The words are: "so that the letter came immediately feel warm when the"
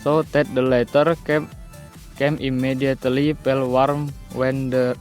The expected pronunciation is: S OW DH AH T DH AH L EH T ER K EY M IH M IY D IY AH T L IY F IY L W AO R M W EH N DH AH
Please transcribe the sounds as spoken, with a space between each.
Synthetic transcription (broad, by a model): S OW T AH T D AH L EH T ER K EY M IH M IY D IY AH T L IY P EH L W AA R M W EH N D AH